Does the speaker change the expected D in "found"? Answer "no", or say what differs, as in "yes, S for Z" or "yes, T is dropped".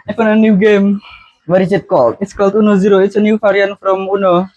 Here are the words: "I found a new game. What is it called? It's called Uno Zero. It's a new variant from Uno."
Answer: yes, D is dropped